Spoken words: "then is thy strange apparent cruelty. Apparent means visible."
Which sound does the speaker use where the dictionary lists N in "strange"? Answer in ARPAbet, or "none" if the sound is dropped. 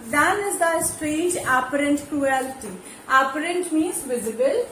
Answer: none